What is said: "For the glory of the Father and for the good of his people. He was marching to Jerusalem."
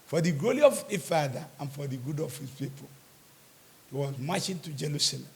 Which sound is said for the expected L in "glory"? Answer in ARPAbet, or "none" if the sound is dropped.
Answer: none